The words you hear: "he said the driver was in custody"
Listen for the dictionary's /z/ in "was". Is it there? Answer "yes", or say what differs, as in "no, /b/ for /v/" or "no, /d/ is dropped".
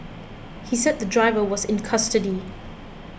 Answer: yes